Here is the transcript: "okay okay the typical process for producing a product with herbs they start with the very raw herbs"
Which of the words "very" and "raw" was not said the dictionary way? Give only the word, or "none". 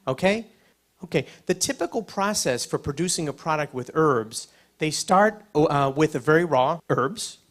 none